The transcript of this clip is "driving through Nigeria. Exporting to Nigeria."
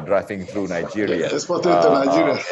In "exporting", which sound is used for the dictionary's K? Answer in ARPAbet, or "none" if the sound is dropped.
none